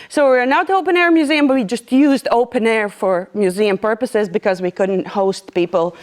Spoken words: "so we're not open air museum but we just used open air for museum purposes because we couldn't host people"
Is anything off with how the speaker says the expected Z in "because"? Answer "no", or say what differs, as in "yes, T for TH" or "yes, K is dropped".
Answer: no